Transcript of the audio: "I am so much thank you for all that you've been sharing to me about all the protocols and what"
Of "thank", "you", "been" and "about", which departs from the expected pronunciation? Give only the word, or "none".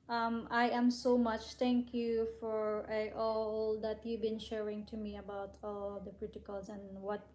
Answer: thank